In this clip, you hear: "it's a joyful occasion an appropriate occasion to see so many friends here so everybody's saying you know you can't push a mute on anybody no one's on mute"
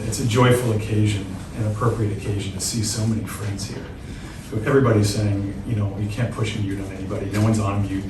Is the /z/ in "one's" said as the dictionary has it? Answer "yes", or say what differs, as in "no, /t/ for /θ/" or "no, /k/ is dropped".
yes